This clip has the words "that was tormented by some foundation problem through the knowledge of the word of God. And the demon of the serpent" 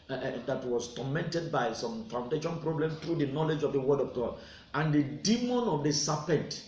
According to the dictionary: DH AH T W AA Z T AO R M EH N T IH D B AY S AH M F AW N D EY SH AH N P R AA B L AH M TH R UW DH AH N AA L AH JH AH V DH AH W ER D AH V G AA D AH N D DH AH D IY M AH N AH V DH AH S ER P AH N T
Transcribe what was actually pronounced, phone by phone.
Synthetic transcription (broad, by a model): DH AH T W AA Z T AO M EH N T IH D B AY S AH M F AW N D EY SH AH N P R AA B L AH M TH R UW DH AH N AA L AH JH AH V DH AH W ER D AH V G AA D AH N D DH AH D IY M AH N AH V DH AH S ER P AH N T